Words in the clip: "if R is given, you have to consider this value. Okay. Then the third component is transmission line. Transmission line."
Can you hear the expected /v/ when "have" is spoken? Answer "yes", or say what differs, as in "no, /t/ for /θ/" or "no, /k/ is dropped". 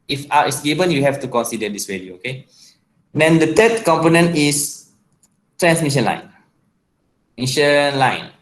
no, /f/ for /v/